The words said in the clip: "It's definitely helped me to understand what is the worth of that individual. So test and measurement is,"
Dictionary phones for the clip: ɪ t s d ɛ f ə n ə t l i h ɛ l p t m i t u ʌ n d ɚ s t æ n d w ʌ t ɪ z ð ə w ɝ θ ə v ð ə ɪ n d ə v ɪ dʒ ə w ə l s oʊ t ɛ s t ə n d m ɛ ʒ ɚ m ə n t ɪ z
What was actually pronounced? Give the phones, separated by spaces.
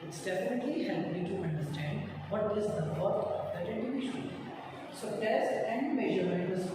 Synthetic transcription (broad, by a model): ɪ t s d ɛ f ə n ə t l i h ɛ l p m i t u ʌ n d ɚ s t æ n d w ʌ t ɪ z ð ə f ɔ t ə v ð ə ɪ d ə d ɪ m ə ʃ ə n s oʊ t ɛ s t ə n d m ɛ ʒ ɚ ə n ɪ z